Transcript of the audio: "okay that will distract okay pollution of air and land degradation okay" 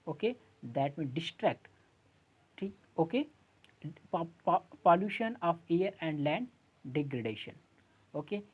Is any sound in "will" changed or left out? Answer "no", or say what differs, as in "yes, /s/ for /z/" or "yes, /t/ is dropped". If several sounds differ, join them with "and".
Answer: yes, /n/ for /l/